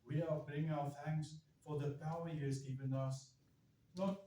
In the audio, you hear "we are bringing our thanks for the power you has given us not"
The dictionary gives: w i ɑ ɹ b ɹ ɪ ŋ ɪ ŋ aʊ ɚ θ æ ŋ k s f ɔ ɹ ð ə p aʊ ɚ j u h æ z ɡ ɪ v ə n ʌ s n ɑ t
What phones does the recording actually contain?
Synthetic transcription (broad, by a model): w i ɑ l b ɹ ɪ ŋ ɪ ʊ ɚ θ æ ŋ k s f ɔ ɹ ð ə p aʊ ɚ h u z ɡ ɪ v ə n ʌ s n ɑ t